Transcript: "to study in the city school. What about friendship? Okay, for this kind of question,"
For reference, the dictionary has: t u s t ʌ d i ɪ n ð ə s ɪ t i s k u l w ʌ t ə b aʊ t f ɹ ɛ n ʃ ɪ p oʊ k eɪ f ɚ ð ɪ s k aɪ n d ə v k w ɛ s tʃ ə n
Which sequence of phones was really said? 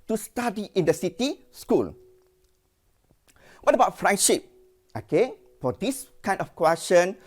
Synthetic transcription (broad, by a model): t u s t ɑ d i ɪ n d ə s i t i s k u l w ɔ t ə b aʊ t f ɹ ɛ n ʃ ɪ p oʊ k eɪ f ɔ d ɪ s k aɪ n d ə f k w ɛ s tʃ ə n